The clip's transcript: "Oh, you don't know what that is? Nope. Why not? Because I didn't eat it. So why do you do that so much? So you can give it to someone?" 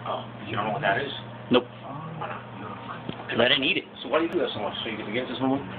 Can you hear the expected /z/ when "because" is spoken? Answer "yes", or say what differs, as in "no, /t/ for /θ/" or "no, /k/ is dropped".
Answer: no, /z/ is dropped